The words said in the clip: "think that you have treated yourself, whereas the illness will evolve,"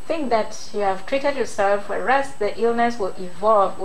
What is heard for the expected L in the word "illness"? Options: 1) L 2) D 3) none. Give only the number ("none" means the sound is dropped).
1